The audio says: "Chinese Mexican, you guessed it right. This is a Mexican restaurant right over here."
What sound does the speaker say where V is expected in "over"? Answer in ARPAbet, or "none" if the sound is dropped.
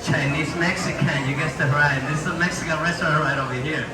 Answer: V